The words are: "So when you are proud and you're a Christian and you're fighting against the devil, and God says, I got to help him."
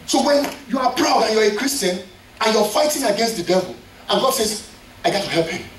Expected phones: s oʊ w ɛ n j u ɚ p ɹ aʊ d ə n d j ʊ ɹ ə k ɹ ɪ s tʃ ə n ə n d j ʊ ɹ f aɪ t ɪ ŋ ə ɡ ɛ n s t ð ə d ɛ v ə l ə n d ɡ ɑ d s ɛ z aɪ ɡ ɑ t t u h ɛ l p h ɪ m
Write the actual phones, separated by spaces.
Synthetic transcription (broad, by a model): s oʊ w ɛ n j u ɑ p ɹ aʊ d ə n j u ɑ ə k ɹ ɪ s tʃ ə n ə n j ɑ f aɪ t ɪ ŋ ə ɡ ɛ n s t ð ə d ɛ v ə l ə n ɡ ɑ d s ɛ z aɪ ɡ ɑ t t u h ɛ l p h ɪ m